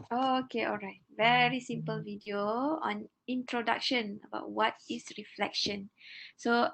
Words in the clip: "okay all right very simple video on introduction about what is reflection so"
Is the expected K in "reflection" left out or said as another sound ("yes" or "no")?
no